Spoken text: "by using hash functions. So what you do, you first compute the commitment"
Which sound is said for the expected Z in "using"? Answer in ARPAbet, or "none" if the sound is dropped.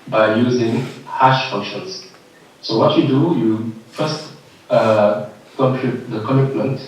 Z